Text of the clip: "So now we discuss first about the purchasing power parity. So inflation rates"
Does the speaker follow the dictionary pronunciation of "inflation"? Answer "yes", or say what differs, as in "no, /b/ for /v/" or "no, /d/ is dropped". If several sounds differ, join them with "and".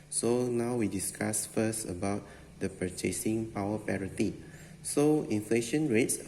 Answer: yes